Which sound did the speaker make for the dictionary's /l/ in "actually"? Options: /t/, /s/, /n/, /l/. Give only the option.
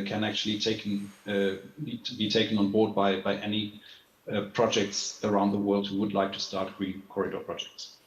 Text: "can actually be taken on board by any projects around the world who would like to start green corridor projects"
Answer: /n/